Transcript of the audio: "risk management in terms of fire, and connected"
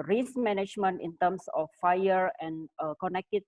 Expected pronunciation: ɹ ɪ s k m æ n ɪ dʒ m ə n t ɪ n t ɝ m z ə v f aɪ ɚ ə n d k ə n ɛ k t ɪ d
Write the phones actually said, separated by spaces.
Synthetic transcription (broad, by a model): ɹ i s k m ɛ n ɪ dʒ m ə n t ɪ n t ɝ m s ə f aɪ ɚ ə n k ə n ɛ k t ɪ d